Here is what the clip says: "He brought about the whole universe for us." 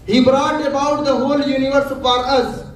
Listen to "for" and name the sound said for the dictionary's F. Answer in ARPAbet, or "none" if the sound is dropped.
P